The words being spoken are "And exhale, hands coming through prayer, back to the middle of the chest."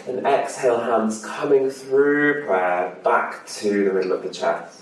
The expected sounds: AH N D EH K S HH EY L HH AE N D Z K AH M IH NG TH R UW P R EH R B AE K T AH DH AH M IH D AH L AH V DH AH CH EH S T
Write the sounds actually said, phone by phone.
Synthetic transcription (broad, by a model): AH N EH K S HH EY L HH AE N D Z K AH M IH NG TH R UW P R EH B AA K T AH DH AH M IH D L AH V DH AH CH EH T